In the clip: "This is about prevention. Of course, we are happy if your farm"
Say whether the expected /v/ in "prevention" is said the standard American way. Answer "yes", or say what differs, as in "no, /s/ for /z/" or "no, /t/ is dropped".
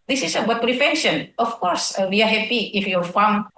no, /f/ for /v/